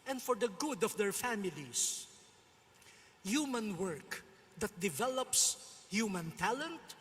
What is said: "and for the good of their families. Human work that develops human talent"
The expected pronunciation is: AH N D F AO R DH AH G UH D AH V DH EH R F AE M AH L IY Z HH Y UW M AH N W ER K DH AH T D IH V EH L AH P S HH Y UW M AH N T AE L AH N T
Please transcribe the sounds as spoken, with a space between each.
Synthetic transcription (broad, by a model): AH N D F AO R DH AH G UH D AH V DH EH R F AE M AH L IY S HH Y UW M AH N W ER K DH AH T D IH V EH L AH P S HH Y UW M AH N T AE L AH N T